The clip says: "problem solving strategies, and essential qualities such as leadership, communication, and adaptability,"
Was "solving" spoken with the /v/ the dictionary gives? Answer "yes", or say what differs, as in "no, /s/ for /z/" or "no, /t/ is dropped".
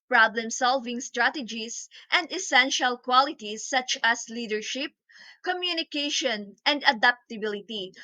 yes